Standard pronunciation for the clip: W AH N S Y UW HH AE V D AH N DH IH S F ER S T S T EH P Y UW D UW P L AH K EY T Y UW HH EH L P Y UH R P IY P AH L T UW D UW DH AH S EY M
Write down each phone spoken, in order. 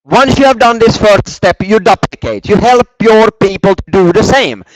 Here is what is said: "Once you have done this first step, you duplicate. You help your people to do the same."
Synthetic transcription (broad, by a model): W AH N S Y UW HH AE V D AH N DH IH S F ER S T S T EH P Y UW D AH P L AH K EY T Y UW HH EH L P Y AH R P IY P AH L T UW D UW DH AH S EY M